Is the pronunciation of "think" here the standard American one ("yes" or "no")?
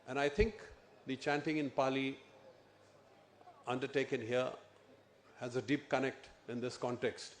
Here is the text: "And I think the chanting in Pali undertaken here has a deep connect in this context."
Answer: no